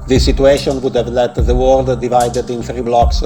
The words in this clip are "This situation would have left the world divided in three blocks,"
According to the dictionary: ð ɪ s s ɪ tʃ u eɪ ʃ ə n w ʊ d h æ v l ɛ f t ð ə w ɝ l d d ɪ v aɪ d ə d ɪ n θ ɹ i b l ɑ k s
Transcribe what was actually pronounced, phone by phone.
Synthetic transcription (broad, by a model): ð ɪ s s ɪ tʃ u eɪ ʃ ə n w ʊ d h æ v l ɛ t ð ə w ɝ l d d ɪ v aɪ d ə d ɪ n θ ɹ i b l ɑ k s